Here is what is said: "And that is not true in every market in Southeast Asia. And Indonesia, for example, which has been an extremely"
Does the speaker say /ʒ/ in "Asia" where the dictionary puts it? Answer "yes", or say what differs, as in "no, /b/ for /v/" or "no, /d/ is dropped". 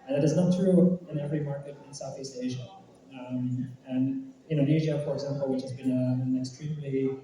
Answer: yes